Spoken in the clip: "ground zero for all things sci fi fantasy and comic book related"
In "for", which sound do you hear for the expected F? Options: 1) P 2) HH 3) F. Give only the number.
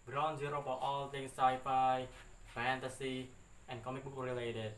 1